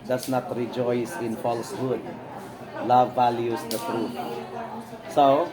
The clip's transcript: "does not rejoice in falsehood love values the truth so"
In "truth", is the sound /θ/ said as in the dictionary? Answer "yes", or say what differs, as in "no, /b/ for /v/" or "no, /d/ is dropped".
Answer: no, /t/ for /θ/